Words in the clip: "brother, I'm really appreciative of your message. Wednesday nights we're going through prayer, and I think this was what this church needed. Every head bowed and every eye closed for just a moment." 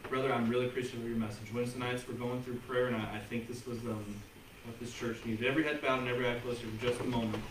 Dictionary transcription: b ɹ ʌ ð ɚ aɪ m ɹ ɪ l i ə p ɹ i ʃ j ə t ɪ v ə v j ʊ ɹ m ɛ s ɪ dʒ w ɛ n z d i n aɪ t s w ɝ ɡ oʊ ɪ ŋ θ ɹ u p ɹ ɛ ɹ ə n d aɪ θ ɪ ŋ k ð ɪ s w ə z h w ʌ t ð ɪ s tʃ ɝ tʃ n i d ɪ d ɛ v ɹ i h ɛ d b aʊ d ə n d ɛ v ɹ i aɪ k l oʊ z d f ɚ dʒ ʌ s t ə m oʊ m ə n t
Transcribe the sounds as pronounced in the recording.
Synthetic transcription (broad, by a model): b ɹ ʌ ð ɚ aɪ m ɹ ɪ l i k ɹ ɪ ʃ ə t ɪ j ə ɹ m ɛ s ɪ dʒ w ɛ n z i n aɪ t s w ɝ ɡ oʊ ɪ ŋ θ ɹ u p ɹ ɛ ɹ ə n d aɪ θ ɪ ŋ k ð ɪ s w ə z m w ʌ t ð ɪ s tʃ ɝ tʃ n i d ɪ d ɛ v ɹ i h ɛ d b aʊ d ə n ɛ v ɹ i aɪ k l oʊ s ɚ dʒ ʌ s t ə m oʊ m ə n t